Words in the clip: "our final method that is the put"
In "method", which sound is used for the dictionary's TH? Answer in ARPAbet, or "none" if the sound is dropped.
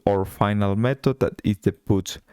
T